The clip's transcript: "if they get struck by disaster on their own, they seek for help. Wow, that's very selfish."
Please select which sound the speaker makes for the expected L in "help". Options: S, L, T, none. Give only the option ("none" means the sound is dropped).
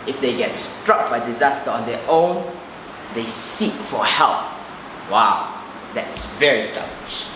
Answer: L